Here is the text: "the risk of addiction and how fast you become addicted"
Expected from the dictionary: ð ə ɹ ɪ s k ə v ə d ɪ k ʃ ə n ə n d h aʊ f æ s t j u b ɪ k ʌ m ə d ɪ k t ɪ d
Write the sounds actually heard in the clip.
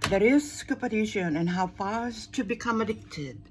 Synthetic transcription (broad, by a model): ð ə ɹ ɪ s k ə p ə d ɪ ʃ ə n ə n h aʊ f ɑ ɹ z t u b ɪ k ʌ m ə d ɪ k t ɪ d